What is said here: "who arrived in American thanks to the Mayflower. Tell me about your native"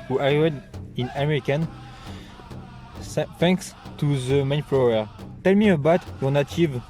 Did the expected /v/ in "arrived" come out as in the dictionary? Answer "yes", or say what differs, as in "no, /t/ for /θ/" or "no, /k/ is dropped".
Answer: no, /v/ is dropped